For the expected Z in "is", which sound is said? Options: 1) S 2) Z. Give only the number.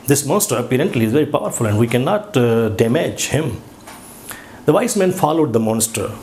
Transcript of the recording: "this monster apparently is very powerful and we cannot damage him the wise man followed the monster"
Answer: 2